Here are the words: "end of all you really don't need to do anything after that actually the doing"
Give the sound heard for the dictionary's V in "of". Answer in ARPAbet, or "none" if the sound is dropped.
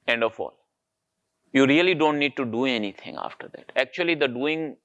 F